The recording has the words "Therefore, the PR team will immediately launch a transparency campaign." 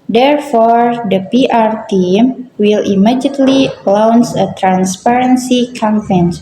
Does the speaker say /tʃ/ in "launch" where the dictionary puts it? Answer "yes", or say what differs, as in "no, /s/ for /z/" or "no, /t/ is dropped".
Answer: no, /s/ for /tʃ/